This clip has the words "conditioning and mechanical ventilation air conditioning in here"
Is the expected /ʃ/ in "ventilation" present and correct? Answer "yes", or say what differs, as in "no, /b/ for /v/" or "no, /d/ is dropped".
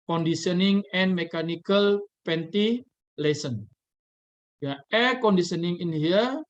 no, /s/ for /ʃ/